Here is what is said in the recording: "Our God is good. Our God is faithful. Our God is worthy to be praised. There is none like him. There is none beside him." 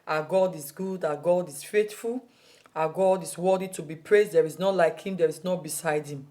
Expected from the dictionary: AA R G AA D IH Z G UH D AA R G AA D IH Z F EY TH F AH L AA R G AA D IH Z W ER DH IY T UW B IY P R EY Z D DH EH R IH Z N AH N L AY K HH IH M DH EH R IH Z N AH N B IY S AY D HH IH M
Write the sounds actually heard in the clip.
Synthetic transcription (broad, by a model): AA G AA D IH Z G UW D AA G AA D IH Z F EY T F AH L AA G AA D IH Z W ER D IY T UW B IY P R EY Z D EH R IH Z N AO L AY K HH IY M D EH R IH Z N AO B IY S AY D HH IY M